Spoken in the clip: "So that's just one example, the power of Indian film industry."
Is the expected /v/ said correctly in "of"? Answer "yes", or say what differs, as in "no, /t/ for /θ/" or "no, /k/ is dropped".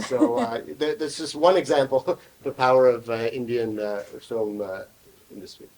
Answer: yes